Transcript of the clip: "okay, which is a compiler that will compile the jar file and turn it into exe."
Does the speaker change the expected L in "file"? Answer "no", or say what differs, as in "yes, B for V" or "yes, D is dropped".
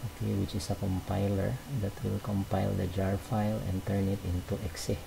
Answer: no